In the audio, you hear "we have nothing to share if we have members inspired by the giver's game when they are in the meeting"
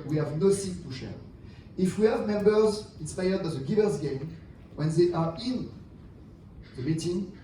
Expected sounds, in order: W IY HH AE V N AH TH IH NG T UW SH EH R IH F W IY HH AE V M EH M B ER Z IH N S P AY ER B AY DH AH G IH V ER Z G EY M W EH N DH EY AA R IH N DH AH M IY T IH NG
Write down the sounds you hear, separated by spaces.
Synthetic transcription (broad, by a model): W IY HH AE V N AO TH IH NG T UW SH EH R IH F W IY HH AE V M EH M B ER Z IH N S P AY ER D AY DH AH G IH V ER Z G EY M W EH N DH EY AA R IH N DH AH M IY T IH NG